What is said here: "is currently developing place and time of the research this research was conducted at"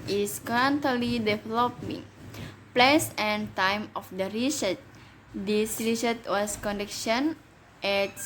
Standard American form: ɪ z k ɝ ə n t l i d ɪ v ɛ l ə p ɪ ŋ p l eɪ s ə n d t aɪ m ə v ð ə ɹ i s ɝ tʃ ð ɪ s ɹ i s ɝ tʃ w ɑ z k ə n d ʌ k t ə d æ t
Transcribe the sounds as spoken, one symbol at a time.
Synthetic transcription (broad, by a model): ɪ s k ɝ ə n t l i d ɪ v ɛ l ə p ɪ ŋ p l eɪ s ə n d t aɪ m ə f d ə ɹ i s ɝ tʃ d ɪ s ɹ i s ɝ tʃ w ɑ s k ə n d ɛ k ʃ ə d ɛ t